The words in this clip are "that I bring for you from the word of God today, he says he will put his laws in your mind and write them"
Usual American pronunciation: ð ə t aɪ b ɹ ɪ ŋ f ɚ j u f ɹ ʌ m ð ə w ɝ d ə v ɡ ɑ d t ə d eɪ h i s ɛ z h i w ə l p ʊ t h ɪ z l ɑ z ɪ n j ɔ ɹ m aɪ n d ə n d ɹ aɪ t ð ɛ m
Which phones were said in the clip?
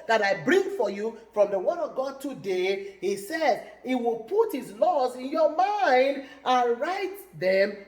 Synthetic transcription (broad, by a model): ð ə t aɪ b ɹ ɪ ŋ f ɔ j u f ɹ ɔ m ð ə w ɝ d ə v ɡ ɑ d t ə d eɪ h i s ɛ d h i w ə l p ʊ t h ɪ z l ɑ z ɪ n j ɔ m aɪ n d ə n ɹ aɪ t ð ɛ m